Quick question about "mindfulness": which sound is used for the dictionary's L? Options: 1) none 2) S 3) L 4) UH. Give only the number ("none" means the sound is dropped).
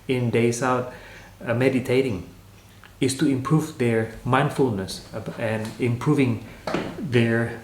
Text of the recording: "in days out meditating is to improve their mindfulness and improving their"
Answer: 3